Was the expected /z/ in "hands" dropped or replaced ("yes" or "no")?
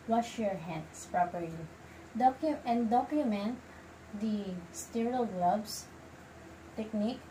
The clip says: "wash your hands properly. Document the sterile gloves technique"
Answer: yes